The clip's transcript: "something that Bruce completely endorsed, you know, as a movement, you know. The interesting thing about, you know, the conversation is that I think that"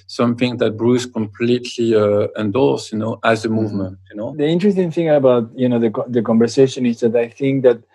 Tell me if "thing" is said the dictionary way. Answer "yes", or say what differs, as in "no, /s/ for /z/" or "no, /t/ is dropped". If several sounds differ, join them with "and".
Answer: yes